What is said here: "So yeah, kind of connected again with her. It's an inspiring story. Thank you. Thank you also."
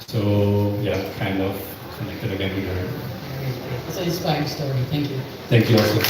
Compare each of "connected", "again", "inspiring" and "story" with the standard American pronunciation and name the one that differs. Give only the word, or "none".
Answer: inspiring